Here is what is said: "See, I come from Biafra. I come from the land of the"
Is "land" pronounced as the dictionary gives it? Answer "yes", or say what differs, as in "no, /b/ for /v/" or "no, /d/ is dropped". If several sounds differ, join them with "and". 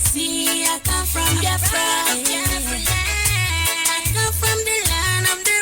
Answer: no, /d/ is dropped